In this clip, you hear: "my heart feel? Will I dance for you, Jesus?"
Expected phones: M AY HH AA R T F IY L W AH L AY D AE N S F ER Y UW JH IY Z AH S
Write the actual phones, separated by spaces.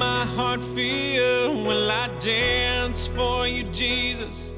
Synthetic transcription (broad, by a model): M AY HH AA R T F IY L W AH N AY D AE N S F ER Y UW JH IY Z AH S